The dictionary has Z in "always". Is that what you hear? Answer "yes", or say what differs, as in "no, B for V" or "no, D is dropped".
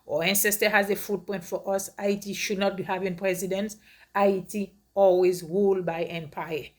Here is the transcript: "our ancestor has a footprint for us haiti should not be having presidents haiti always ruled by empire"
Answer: yes